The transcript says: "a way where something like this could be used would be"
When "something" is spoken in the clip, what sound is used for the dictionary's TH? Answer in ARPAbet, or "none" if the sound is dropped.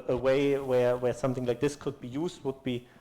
TH